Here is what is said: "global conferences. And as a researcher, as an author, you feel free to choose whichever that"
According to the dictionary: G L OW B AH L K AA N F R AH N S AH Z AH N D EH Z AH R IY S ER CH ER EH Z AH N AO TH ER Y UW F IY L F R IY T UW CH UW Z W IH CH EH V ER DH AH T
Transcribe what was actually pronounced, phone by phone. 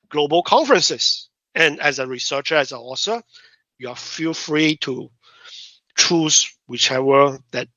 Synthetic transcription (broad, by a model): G L OW B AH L K AA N F R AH N S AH S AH N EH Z AH R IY S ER CH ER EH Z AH AO S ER Y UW F IY L F R IY T UW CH UW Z W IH CH EH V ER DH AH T